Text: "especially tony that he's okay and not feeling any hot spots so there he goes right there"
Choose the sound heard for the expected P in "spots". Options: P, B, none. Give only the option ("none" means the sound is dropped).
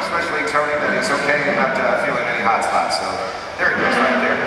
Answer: none